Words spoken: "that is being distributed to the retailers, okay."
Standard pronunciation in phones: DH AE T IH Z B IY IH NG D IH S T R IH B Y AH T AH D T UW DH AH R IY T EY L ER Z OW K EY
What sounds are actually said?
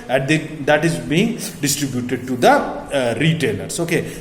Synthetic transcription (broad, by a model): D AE T IH Z B IY IH NG D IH S T R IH B Y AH T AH D T UW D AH R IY T EY L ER S OW K EY